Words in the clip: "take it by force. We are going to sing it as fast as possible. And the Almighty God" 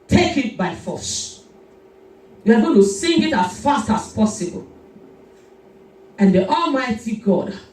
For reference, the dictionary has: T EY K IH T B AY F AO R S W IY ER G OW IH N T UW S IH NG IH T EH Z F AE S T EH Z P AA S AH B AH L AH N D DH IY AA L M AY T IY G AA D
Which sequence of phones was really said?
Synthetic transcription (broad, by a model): T EY K IH T B AY F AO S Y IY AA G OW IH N T UW S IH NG IH T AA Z F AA S T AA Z P AA S AH B AH L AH N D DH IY AA L M AY T IY G AA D